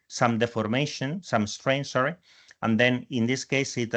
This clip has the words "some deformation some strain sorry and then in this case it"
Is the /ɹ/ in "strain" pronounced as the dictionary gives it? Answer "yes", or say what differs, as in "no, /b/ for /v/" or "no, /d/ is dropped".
yes